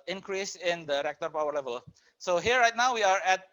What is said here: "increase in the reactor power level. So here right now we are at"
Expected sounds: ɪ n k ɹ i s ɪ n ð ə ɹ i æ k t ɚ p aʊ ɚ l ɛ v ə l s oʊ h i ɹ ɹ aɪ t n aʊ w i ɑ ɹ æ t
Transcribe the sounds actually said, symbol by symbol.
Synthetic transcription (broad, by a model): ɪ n k ɹ i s ɪ n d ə ɹ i k t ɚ p aʊ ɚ l ɛ v ə l s oʊ h i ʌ ɹ aɪ t n aʊ w i ɑ ɹ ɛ t